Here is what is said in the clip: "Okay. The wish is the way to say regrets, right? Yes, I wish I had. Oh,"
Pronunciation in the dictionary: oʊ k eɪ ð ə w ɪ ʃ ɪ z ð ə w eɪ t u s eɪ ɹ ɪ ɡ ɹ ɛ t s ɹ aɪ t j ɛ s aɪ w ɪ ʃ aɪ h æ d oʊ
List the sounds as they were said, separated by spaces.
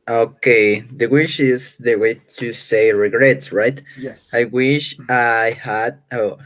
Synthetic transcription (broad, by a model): oʊ k eɪ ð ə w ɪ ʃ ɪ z ð ə w eɪ t u s eɪ ɹ ɪ ɡ ɹ ɛ t s ɹ aɪ t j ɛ aɪ w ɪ ʃ aɪ h æ d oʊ